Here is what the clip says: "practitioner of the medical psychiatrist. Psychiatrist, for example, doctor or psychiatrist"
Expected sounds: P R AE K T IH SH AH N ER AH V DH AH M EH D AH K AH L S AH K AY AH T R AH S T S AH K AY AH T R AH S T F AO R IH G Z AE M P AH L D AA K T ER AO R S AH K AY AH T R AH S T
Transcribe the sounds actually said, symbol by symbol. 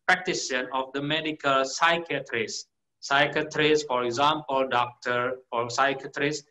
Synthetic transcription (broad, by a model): P R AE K T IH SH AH N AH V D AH M EH D AH K AH L S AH K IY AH T R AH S S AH K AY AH T R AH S F AO R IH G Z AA M P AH L D AA K T ER AO R S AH K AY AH T R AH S